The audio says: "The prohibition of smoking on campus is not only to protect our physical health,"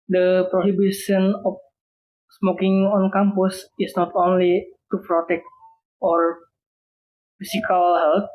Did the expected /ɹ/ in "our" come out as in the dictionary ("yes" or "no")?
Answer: yes